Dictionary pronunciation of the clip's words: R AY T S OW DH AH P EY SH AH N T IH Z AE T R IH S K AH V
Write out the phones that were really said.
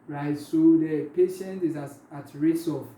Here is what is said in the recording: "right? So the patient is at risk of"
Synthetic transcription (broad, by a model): R AY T S OW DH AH P EY SH AH N T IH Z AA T R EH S AH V